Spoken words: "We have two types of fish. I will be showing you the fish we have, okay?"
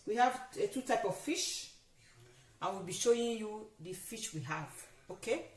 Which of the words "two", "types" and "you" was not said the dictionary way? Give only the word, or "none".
types